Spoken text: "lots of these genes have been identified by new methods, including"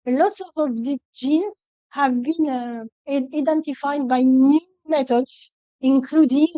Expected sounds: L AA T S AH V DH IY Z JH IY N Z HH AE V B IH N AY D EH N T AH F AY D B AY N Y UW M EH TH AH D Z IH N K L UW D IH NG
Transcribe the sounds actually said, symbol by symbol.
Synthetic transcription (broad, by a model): L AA T S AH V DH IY JH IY N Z HH AE V B IH N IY D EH N T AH F AY D B AY N Y UW M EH T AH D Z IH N K L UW D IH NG